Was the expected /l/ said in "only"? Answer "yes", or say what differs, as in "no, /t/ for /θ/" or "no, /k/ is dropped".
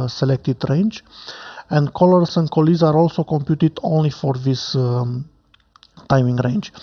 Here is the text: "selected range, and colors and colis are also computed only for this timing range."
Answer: yes